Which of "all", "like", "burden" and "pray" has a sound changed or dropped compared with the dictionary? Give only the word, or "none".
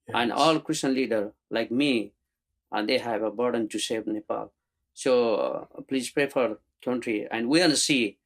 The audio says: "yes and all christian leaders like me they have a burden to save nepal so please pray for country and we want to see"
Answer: none